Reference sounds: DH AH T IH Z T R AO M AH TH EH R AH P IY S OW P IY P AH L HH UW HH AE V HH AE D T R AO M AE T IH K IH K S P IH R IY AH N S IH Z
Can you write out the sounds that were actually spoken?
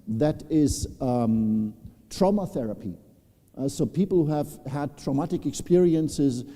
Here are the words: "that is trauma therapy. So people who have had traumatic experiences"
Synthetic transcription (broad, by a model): DH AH T IH Z T R AO M AH TH EH R AH P IY S OW P IY P L HH UW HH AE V HH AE D T R AO M AE T IH K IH K S P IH R IY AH N S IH Z